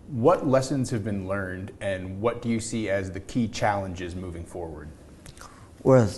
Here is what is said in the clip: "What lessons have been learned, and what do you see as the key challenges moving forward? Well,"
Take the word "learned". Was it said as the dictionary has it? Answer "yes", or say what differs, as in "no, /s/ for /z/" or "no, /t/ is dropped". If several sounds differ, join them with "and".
yes